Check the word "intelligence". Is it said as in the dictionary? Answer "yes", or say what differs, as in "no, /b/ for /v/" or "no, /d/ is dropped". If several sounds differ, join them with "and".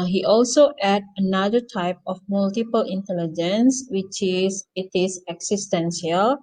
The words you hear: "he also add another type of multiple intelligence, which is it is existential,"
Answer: yes